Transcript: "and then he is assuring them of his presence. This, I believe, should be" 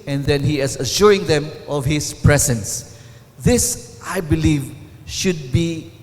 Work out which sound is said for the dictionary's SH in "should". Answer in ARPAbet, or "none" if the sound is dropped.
SH